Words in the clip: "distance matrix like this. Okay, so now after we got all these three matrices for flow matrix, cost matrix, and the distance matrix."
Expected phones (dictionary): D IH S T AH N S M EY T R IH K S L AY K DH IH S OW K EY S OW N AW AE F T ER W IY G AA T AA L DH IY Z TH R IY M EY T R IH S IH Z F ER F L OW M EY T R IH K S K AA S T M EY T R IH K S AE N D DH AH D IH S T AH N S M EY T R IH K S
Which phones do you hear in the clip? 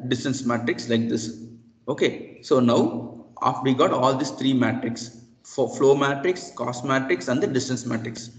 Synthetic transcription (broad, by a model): D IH S T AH N S M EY T R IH K S L AY K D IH S OW K EY S OW N AW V IY G AA T AA L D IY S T R IY M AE T R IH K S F F L OW M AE T R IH K S K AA S M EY T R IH K S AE N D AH D IH S T AH N S M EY T R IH K S